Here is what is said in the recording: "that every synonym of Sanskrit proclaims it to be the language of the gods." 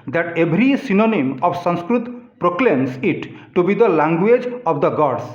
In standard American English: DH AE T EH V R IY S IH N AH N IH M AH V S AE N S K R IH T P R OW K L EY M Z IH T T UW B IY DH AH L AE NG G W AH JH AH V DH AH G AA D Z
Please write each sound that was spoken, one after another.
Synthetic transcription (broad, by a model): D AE T EH B R IY S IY N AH N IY M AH B S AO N S K R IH T P R OW K L EY M S IH T T UW B IY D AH L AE NG G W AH JH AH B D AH G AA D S